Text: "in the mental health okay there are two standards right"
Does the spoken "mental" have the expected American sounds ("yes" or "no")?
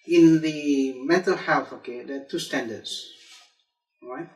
no